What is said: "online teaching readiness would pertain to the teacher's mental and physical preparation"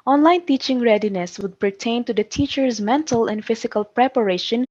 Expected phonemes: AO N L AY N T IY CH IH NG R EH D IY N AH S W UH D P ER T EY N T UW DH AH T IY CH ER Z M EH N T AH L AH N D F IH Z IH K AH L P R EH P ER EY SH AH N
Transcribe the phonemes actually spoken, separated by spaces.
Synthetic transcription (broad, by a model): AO N L AY N T IY CH IH NG R EH D IY N AH S W UH D P ER T EY N T UW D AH T IY CH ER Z M EH N T AH L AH N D F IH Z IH K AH L P R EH P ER EY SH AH N